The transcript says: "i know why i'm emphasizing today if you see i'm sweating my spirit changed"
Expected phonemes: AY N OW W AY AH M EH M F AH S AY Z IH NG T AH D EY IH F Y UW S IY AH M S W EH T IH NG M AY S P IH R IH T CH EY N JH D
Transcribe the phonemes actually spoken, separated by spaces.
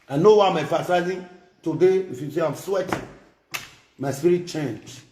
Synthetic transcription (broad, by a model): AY N OW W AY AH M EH F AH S AY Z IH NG T AH D EY IH F Y UW S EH AH M S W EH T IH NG M AY S P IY R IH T CH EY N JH